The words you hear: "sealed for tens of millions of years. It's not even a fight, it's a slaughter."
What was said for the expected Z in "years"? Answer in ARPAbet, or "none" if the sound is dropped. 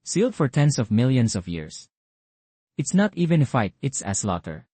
S